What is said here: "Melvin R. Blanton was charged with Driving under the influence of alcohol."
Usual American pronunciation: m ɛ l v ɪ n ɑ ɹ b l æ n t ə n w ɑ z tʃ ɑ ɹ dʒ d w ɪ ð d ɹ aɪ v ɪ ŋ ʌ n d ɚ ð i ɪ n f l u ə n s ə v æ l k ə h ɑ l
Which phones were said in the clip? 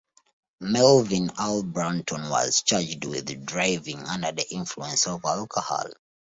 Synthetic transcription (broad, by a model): m ɛ l v ɪ n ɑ l b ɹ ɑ n t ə n w ɑ z tʃ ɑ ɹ dʒ d w ɪ ð d ɹ aɪ v ɪ ŋ ʌ n d ɚ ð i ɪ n f l u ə n s ə v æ l k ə h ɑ l